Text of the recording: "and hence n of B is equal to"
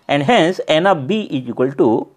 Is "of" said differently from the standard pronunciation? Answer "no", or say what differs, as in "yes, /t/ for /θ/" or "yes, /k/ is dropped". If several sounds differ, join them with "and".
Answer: yes, /p/ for /v/